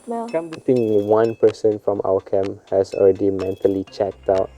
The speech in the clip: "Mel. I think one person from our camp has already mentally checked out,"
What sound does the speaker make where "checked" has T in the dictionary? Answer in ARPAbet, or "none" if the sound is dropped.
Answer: T